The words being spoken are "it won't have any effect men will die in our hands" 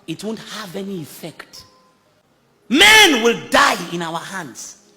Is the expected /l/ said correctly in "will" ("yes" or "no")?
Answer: yes